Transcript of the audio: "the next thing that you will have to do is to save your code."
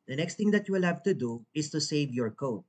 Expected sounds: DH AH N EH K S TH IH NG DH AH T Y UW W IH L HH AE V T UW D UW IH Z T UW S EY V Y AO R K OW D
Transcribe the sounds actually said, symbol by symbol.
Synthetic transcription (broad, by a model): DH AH N EH K S T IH NG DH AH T Y UW W IH L HH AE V T UW D UW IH S T UW S EY V Y AO R K OW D